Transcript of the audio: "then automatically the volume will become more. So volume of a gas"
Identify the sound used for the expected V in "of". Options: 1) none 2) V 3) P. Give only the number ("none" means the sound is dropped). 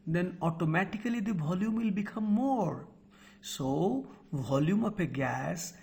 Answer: 3